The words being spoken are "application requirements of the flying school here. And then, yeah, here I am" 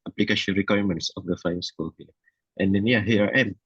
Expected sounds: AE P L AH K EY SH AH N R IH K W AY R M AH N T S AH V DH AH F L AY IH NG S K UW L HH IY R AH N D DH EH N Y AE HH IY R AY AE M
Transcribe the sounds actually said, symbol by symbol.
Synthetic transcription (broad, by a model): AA P L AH K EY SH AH N R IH K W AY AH M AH N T S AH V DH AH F AY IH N S K UW L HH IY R AH N D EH N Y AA HH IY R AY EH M